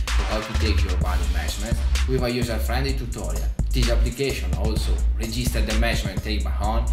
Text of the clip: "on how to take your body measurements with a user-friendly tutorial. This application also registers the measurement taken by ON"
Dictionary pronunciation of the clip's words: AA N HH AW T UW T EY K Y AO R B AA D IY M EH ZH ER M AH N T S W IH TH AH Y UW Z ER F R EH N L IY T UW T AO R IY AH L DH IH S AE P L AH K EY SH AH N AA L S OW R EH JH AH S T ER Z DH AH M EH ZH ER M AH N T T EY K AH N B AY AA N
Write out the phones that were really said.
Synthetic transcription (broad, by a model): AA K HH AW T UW T EY K Y AO R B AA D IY M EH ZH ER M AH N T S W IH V AH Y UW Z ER F R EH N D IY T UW T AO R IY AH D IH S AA P L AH K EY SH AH N AA L S OW R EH JH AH S T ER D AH M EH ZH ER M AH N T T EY AH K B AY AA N